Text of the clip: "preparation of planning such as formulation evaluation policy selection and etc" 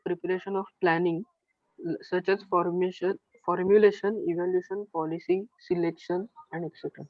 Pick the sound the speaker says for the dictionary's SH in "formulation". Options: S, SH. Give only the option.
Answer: SH